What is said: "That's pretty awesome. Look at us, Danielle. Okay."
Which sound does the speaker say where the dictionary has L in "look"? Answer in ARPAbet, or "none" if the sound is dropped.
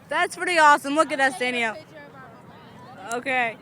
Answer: W